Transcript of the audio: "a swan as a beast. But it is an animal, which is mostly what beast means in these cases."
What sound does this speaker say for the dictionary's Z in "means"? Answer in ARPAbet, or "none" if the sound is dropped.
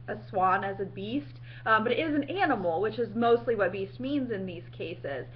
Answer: Z